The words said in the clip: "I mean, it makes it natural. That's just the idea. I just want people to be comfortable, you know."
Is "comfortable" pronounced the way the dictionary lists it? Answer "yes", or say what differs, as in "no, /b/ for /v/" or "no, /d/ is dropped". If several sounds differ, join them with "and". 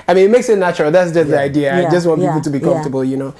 no, /m/ is dropped